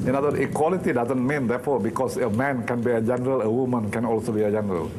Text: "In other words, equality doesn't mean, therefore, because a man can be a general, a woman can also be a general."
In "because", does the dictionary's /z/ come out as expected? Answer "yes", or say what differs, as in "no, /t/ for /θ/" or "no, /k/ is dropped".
no, /s/ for /z/